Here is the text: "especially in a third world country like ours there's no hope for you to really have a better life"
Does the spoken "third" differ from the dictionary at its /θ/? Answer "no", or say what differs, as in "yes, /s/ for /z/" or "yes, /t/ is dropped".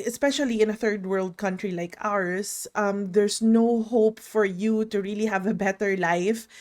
no